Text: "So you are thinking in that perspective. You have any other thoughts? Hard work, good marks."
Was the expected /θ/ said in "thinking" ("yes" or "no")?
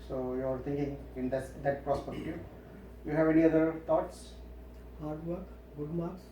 no